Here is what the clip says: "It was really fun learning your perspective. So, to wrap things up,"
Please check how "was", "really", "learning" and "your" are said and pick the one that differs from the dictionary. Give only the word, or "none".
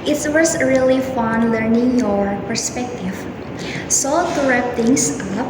was